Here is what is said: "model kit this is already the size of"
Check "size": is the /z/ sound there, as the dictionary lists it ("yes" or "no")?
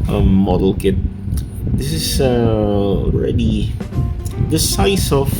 no